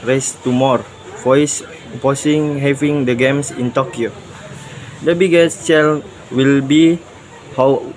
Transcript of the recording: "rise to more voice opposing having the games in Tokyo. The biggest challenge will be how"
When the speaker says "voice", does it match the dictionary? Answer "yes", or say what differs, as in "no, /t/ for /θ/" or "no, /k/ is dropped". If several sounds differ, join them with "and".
no, /f/ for /v/